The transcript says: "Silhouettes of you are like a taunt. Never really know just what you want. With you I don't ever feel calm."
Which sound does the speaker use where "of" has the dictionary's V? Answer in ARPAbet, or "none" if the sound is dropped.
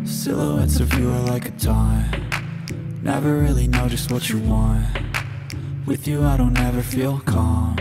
V